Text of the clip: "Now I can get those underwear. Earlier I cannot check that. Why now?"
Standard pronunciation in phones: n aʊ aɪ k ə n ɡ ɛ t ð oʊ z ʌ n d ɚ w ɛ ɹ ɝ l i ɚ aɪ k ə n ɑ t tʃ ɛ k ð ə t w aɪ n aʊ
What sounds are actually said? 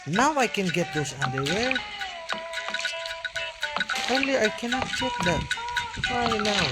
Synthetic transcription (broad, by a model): n aʊ aɪ k ə n ɡ ɛ t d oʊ s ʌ n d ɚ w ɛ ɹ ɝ l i aɪ k ə n ɑ t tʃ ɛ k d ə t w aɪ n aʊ